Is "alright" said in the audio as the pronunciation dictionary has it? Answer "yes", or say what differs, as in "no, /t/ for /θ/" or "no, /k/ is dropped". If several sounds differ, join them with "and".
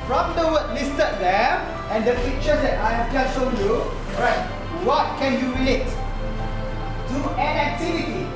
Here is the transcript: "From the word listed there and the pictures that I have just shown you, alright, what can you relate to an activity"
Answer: no, /l/ is dropped